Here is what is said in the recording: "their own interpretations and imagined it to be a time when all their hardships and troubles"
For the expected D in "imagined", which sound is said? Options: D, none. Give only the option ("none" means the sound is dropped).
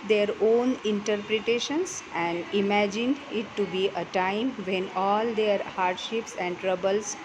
D